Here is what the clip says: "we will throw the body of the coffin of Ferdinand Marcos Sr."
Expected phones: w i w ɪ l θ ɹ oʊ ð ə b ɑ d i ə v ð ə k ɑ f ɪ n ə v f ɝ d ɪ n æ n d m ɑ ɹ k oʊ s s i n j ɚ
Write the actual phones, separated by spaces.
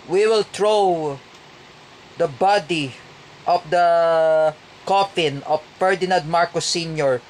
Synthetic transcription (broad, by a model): w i w ɪ l t ɹ oʊ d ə b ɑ d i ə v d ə k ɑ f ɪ n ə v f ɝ d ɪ n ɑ n d m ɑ ɹ k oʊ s s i n j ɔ